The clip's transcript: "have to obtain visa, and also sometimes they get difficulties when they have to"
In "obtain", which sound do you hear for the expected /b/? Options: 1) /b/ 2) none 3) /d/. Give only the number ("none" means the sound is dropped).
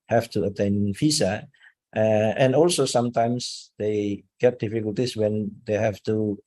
2